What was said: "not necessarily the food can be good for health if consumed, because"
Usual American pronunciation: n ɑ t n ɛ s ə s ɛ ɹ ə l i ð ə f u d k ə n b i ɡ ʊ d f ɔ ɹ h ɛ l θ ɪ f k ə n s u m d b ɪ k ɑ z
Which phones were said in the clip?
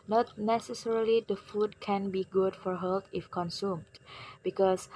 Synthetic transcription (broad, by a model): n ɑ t n ɛ s ə s ɛ ɹ ə l i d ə f u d k ə n b i ɡ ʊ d f ɔ ɹ h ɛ l t ɪ f k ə n s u m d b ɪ k ɑ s